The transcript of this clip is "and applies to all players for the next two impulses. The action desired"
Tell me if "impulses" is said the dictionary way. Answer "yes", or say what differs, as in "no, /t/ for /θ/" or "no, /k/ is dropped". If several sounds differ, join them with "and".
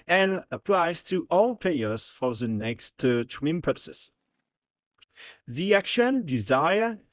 no, /l/ is dropped and /s/ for /z/